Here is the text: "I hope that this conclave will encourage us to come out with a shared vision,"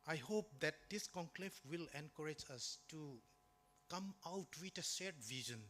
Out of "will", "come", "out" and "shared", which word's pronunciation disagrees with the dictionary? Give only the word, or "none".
shared